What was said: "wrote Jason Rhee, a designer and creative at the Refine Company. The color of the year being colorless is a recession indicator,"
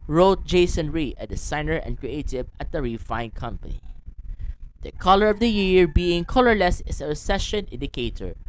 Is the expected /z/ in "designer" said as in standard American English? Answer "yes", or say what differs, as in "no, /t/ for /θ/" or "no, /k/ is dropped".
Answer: no, /s/ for /z/